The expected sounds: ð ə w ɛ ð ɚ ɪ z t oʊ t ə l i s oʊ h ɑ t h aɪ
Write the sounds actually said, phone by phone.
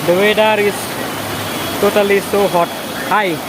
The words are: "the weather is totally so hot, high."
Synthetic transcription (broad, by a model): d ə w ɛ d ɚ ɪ s t oʊ t ə l i s oʊ h ɑ t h aɪ